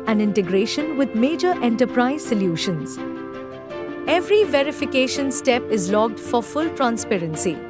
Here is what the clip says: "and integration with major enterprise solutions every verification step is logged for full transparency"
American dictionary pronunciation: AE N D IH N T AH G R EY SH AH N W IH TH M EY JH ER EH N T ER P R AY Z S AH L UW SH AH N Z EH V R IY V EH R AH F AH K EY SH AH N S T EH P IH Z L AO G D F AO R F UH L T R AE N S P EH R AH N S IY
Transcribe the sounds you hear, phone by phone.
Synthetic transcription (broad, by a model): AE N D IH N T AH G R EY SH AH N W IH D M EY JH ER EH N T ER P R AY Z S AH L UW SH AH N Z EH V R IY V EH R AH F AH K EY SH AH N S T EH P IH Z L AO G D F AO R F UH L T R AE N S P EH R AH N S IY